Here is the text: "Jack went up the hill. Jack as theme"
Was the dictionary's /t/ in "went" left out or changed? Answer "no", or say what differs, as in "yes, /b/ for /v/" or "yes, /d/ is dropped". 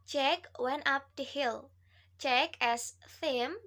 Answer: no